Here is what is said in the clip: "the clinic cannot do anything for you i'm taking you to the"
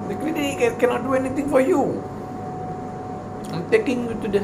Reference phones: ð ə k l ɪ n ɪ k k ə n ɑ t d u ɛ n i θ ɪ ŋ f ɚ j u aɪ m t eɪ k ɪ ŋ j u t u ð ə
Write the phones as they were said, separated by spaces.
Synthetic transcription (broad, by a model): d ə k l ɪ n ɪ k k ə n ɑ t d u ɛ n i t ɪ ŋ f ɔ j u aɪ m t eɪ k ɪ ŋ j u t u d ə